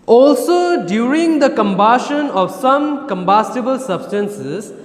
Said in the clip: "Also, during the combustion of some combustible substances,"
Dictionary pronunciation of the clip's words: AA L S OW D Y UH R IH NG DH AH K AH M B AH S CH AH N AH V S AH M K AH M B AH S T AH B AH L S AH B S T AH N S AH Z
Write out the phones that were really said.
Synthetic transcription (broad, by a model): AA L S OW D Y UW R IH NG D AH K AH M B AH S SH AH N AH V S AH M K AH M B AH S T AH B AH L S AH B S T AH N S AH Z